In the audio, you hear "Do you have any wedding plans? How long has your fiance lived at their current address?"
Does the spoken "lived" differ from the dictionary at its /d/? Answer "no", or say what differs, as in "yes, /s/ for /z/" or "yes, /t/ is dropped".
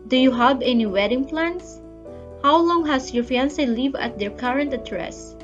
yes, /d/ is dropped